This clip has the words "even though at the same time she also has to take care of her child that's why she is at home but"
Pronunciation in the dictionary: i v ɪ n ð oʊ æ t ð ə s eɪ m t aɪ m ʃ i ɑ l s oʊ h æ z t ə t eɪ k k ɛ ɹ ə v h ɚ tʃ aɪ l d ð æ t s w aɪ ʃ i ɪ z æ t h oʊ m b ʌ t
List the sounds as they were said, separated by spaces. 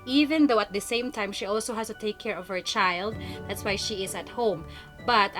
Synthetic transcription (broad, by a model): i v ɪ n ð oʊ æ t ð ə s eɪ m t aɪ m ʃ i ɑ l s oʊ h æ s t ə t eɪ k k ɛ ɹ ə v h ɚ tʃ aɪ l d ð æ t s w aɪ ʃ i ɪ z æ t h oʊ m b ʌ t